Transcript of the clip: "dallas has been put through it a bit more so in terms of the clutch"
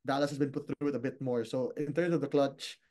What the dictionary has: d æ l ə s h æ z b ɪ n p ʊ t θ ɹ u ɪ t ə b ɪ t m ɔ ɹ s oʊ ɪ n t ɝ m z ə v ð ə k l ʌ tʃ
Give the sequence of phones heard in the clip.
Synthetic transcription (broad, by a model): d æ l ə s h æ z b ɪ n p ʊ t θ ɹ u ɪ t ə b ɪ t m ɔ ɹ s oʊ ɪ n t ɝ m s ə v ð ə k l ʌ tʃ